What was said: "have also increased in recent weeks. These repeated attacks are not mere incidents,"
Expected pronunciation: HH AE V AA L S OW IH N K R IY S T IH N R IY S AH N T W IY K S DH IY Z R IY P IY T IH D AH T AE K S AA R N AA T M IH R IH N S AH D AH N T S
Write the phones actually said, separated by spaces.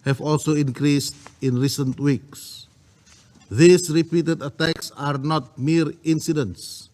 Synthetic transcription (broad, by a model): HH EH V AA L S OW IH N K R IY S T IH N R IY S AH N T W IY K S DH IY S R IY P IY T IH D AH T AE K S AA R N AA T M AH R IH N S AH D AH N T S